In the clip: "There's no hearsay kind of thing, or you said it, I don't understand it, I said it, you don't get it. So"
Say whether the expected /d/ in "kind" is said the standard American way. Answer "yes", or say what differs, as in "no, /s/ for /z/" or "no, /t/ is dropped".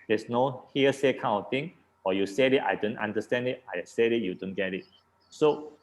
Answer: no, /d/ is dropped